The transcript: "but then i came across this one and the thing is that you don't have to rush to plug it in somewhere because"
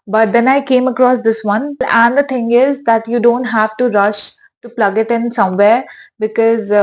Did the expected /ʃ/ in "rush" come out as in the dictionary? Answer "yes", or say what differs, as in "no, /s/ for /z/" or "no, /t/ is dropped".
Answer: yes